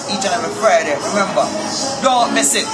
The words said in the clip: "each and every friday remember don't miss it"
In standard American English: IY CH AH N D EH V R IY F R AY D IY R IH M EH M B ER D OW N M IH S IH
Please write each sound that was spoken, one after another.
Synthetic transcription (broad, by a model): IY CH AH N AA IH R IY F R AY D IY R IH M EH M B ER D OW M IH S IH